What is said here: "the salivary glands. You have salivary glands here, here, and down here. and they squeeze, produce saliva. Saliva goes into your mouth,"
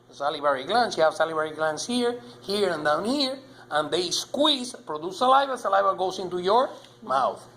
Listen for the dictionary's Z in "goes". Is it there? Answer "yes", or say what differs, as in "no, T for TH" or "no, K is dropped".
no, S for Z